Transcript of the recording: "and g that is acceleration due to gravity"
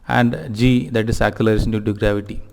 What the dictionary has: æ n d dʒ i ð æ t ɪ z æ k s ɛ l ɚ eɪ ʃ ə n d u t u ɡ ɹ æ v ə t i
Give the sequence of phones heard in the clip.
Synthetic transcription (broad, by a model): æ n d dʒ i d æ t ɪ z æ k u l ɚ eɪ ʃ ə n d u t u ɡ ɹ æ v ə t i